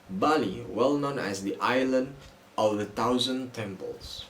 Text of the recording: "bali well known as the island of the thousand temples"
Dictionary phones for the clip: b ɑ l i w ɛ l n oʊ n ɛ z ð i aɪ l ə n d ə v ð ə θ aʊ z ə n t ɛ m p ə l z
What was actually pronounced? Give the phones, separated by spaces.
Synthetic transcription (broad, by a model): b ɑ l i w ɛ l n oʊ n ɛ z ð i aɪ l ə n d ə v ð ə t aʊ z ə n t ɛ m p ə l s